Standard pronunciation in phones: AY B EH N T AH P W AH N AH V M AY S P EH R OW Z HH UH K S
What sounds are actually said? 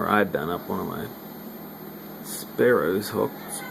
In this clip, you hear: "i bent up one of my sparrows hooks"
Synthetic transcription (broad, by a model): AY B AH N AH P W AH N AH V M AY S P EH R OW Z HH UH K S